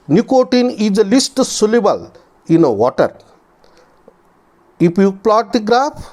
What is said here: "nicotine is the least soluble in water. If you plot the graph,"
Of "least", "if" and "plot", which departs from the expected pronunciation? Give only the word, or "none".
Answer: if